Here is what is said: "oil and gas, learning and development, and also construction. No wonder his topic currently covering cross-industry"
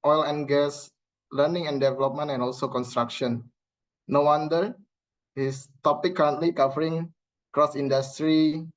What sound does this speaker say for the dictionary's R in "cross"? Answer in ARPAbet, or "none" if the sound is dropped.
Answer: R